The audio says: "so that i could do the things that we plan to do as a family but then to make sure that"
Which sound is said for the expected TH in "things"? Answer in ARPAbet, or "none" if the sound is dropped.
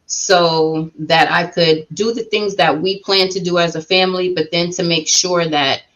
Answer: TH